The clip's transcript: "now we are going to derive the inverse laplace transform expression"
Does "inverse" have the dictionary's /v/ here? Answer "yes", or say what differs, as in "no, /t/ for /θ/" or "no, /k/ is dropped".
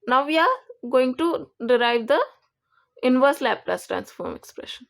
yes